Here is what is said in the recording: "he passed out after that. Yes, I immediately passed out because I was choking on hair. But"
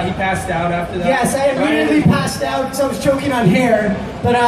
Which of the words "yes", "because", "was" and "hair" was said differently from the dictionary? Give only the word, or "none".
because